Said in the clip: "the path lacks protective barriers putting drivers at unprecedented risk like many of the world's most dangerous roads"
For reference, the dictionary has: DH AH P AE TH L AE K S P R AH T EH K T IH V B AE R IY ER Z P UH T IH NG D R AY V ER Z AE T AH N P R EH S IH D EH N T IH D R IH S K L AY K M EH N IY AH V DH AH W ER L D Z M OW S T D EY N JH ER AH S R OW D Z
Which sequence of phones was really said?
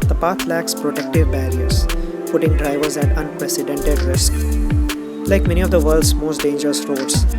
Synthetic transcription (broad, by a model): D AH P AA T L AE K S P R AH T EH K T IH V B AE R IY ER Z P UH T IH NG D R AY V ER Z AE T AH N P R EH S IH D EH N T IH D R IH S K L AY K M EH N IY AH V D AH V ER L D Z M OW S T D EY N JH ER AH S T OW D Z